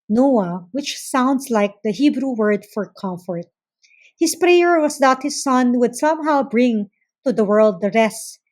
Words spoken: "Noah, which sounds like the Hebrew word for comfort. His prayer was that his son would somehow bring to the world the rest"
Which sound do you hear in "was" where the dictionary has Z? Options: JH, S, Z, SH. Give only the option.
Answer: S